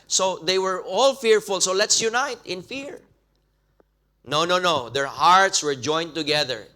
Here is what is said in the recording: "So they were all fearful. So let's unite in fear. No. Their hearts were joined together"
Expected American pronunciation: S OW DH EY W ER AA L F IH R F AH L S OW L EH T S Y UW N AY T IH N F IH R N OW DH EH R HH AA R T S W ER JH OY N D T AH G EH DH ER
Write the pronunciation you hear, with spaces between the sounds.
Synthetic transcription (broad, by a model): S OW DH EY W ER AA L F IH R F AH L S OW L EH T S Y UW N AY T IH N F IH R N OW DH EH R HH AA R T S W ER JH OY N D T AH G EH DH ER